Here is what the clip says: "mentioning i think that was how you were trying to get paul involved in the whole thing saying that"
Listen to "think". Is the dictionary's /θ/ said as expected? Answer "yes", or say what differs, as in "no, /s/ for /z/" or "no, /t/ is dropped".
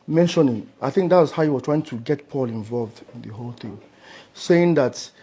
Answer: yes